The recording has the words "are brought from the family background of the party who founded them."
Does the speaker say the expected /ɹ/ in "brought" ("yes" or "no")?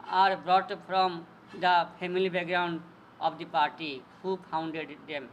yes